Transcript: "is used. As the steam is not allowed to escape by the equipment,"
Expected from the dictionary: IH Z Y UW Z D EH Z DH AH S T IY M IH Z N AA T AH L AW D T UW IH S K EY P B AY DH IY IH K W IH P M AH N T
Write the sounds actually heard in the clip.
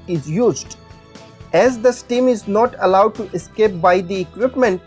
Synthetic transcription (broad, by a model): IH Z Y UW Z D EH Z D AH S T IY M IH Z N AA T AH L AW D T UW IH S K EY P B AY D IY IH K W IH P M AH N T